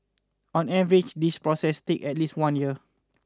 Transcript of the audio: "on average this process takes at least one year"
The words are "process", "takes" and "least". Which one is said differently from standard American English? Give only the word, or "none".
takes